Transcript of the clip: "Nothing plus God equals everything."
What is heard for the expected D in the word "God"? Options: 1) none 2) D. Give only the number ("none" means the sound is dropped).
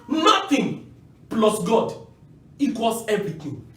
2